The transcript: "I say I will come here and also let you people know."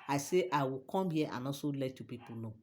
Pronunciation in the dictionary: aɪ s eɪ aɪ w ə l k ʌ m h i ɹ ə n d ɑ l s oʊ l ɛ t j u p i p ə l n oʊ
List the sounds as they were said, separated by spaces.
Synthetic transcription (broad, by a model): aɪ s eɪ aɪ w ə k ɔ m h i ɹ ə n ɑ s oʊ l ɛ t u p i p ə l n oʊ